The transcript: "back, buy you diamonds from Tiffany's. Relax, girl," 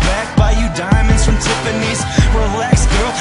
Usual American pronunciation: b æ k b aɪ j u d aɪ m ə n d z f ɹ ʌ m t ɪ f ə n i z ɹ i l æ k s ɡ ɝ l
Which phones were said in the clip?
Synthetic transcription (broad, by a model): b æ k b aɪ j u d aɪ m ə n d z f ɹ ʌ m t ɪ p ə n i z w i l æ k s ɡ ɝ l